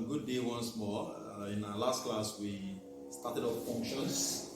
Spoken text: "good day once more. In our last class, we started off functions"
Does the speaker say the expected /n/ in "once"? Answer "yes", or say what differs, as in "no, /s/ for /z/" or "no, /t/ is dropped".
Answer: yes